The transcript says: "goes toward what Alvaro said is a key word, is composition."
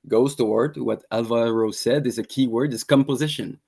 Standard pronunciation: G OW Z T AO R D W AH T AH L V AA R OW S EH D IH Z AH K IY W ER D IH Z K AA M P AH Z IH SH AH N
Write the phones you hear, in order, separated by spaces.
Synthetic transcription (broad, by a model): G OW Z T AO R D W AH T AH L V AA R OW S EH D IH Z AH K IY W ER D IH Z K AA M P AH Z IH SH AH N